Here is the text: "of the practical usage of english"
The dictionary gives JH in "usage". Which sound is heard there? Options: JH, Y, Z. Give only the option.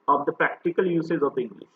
Z